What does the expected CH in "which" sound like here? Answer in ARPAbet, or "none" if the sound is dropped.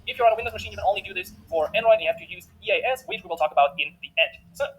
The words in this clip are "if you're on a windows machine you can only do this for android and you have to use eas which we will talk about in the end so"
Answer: S